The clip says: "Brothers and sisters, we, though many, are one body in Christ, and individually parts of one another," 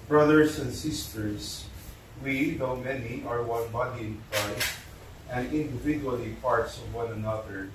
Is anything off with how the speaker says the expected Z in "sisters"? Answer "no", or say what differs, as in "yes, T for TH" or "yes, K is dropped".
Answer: yes, S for Z